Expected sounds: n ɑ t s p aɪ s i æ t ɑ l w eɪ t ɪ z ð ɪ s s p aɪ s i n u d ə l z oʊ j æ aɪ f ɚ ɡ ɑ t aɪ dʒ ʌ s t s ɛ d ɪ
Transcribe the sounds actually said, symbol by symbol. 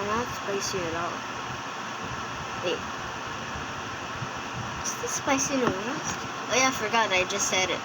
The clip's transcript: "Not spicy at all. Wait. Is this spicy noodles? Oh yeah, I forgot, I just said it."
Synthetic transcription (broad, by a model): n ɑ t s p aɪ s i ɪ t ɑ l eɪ ɪ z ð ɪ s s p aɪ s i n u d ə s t oʊ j aɪ f ɚ ɡ ɑ t aɪ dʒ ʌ s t s ɛ d